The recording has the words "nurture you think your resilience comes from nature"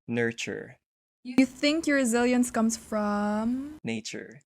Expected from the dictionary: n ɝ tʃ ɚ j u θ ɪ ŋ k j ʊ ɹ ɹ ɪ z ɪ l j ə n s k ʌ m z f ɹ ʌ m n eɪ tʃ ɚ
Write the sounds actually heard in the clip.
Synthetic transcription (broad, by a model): n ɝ tʃ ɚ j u θ ɪ ŋ k j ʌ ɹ ɹ ɪ z ɪ l j ə n s k ʌ m z f ɹ ʌ m n eɪ tʃ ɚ